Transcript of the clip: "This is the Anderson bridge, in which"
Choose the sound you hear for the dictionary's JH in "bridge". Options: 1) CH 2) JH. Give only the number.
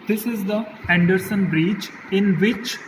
1